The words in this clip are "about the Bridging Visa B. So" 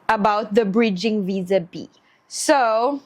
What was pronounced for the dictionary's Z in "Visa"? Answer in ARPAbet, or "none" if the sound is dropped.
Z